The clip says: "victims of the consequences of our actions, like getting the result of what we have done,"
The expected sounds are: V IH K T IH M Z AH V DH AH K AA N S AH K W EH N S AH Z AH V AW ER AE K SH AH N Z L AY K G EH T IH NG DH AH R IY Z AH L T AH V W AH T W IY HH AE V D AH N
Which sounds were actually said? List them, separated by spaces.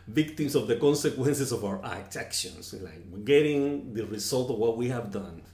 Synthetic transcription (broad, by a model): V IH K T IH M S AH V DH AH K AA N S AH K W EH N S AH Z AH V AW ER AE K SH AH N S L AY K G EH T IH NG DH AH R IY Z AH L T AH V W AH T W IY HH AE V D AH N